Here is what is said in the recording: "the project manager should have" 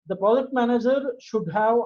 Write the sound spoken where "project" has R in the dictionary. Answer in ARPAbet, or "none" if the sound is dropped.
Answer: none